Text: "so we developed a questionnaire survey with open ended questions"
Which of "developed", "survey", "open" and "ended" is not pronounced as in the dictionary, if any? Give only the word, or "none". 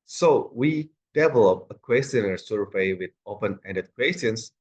developed